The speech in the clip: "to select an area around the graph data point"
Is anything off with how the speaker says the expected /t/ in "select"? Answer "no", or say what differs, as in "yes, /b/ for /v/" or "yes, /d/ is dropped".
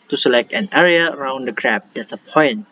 no